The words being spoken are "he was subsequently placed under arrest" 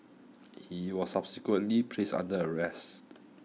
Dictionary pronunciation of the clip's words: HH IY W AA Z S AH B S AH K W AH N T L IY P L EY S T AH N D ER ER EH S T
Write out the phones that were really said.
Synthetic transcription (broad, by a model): HH IY W AA S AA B S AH K W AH N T L IY P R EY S AA N D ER ER EH S T